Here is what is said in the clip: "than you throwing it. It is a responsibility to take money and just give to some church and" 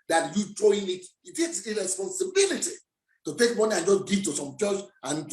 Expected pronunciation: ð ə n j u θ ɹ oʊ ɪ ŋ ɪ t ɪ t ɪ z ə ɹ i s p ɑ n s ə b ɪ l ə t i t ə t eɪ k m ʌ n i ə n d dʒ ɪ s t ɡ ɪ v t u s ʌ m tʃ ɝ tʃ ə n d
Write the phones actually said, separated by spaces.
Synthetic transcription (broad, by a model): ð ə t j u t ɹ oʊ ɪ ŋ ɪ t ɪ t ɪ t ə ɹ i s p ɑ n s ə b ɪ l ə t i t ə t eɪ k m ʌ n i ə n dʒ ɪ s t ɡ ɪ t u s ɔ m tʃ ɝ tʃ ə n